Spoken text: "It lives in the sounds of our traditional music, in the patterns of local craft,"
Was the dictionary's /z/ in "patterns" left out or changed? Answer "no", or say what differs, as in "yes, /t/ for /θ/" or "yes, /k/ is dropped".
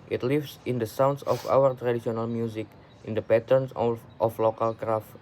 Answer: yes, /s/ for /z/